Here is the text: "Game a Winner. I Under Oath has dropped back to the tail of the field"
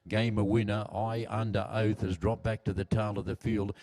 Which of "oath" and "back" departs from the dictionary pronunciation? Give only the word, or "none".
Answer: none